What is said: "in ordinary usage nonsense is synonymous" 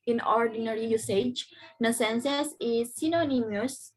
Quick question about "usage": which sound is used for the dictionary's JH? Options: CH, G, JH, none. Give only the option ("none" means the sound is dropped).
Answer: JH